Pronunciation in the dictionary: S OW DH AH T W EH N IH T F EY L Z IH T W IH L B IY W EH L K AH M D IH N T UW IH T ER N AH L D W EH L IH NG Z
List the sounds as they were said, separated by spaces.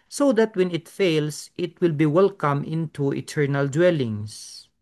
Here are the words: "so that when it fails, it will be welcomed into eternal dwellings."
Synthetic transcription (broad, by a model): S OW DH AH T W EH N IH T F EY L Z IH T W IH L B IY W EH L K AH M IH N T UW IH T ER N AH L D W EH L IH NG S